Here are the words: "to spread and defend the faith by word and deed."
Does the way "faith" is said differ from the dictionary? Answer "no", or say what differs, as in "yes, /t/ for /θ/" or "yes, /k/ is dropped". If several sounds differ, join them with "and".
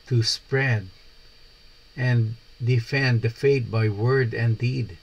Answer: yes, /t/ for /θ/